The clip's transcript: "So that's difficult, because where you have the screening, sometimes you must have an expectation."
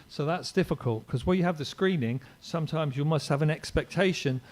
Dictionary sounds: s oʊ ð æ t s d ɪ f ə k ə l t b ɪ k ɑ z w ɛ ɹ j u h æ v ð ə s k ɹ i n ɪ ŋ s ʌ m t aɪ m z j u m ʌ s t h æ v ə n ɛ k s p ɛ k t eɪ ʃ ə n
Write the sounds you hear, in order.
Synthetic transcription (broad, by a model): s oʊ ð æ t s d ɪ f ə k ə l t k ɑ z w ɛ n j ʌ v ð ə s k ɹ i n ɪ ŋ s ʌ m t aɪ m z j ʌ m ʌ s t h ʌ v ə n ɛ k s p ɛ k t eɪ ʃ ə n